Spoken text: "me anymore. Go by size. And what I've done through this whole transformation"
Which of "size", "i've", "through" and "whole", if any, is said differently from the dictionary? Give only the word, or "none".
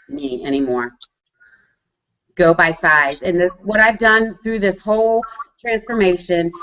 none